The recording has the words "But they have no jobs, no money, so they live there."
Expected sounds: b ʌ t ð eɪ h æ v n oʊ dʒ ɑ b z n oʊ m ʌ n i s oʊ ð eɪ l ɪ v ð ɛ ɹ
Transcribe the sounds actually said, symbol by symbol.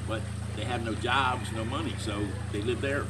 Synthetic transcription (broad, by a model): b ʌ t ð eɪ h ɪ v n oʊ dʒ ɑ b z n oʊ m ʌ n i s oʊ ð eɪ l ɪ v ð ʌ ɹ